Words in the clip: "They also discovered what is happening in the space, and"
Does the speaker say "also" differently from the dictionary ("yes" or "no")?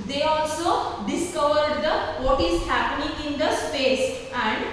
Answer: no